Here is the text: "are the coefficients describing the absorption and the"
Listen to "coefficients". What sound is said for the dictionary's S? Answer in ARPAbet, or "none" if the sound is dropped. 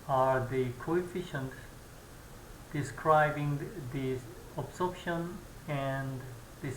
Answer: none